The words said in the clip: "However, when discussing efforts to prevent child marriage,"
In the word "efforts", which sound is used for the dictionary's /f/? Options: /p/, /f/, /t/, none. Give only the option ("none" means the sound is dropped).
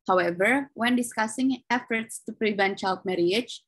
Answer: /f/